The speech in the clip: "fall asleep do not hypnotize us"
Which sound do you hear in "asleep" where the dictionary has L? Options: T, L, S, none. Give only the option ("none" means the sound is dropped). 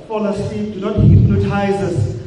none